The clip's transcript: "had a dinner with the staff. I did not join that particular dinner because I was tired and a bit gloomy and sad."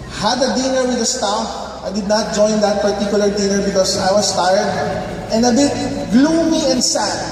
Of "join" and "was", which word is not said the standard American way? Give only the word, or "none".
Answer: was